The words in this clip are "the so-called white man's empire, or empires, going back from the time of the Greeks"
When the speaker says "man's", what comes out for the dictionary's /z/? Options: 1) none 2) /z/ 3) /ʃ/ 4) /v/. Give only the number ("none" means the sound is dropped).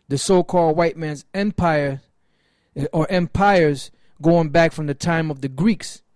2